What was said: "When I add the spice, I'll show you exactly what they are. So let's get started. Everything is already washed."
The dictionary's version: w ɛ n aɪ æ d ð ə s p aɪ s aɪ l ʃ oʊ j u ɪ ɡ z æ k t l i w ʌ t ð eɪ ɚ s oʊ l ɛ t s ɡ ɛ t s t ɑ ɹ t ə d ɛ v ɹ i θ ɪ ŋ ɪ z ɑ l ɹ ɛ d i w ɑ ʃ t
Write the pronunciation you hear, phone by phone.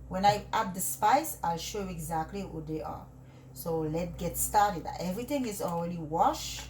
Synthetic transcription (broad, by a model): w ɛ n aɪ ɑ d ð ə s p aɪ s aɪ l ʃ oʊ j u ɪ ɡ z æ k t l i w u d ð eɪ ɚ s oʊ l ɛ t ɡ ɛ t s t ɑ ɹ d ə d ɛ v ɹ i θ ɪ ŋ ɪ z ɑ l ɹ ɛ d i w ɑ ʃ